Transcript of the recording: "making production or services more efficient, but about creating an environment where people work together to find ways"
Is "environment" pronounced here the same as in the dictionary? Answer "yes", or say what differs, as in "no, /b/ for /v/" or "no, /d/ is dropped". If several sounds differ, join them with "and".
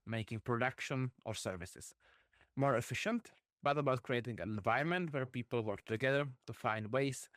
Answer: no, /ɹ/ is dropped